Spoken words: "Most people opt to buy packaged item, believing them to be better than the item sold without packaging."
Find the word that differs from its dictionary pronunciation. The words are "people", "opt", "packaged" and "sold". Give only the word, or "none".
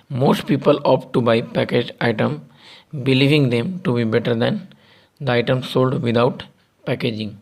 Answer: packaged